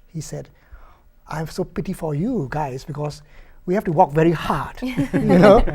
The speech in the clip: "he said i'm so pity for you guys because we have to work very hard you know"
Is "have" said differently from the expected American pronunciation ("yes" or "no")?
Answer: yes